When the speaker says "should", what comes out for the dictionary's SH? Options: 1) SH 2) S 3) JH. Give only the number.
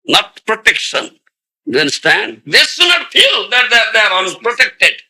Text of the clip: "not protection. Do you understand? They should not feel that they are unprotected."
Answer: 2